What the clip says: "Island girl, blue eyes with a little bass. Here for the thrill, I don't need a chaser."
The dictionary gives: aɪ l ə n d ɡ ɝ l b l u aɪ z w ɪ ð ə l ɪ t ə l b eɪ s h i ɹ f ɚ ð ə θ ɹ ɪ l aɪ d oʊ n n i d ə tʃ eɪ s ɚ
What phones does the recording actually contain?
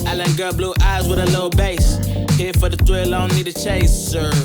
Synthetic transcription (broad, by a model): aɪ l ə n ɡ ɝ b l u aɪ z w ɪ ð ə l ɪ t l b eɪ s h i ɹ f ɚ ð ə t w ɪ l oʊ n l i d ə tʃ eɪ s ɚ